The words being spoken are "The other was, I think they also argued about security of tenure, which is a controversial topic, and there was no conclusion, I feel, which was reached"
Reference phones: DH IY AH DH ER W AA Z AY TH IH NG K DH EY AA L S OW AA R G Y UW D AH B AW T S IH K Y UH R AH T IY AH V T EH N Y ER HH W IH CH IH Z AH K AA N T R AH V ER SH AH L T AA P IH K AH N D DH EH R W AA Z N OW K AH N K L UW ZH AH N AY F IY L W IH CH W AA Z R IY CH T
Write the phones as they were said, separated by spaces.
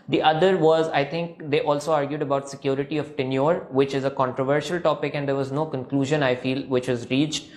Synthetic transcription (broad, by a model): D IY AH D ER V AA Z AY T IH NG K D EY AA L S OW AA R G Y UW D AH B AW T S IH K Y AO R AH T IY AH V T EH N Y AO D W IH CH IH Z AH K AA N T R AH V ER SH AH L T AA P IH K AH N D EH R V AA Z N OW K AH N K L UW ZH AH N AY F IY L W IH CH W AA Z R IY CH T